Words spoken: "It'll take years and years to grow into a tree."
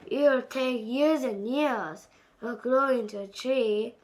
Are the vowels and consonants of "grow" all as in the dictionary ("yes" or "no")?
no